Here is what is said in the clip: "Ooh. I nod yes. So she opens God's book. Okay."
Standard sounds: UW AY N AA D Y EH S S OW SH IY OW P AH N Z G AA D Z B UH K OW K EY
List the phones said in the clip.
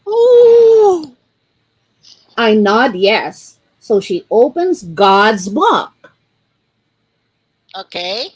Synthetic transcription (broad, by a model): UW AY N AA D Y EH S S OW SH IY OW P AH N Z G AA D Z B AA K OW K EY